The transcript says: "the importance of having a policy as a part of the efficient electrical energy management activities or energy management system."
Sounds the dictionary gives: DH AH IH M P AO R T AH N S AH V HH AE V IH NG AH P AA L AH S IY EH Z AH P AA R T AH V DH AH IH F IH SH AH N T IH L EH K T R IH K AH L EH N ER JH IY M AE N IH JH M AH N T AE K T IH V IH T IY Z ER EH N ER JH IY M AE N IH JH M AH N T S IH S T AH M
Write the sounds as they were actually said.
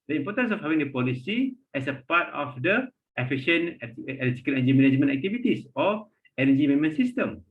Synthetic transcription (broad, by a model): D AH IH M P AO T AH N S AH F HH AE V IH NG AH P AA L AH S IY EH S AH P AA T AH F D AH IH F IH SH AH N IH EH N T IH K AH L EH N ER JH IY M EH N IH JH M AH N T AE K T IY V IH T IY S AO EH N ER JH IY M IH M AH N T S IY S T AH M